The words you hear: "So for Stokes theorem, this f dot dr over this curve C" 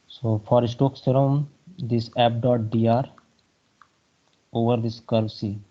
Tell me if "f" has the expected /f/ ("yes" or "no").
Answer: no